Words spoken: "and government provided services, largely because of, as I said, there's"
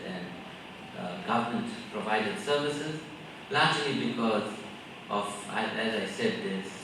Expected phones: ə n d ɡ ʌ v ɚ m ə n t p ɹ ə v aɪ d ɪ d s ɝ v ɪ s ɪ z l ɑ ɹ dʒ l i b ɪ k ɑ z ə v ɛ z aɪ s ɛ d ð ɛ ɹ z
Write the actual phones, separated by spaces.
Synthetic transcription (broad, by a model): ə n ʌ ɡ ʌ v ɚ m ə n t p ɹ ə v aɪ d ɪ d s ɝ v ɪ s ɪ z l ɑ ɹ dʒ l i b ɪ k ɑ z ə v ɛ z aɪ s ɛ d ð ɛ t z